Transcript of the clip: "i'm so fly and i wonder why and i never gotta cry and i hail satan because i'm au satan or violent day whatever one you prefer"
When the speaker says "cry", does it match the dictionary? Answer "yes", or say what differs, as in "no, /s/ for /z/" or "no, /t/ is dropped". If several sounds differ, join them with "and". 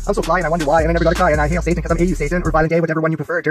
no, /ɹ/ is dropped